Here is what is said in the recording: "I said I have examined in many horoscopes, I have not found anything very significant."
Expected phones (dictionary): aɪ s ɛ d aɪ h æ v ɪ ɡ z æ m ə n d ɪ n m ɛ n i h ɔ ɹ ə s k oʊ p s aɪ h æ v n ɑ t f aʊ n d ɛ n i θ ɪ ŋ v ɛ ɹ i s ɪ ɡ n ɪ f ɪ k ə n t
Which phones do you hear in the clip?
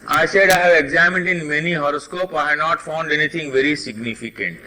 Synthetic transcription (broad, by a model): aɪ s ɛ d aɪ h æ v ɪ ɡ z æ m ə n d ɪ n m ɛ n i h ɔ ɹ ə s k oʊ p aɪ h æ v n ɑ t f aʊ n d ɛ n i t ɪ ŋ v ɛ ɹ i s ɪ ɡ n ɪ f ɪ k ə n t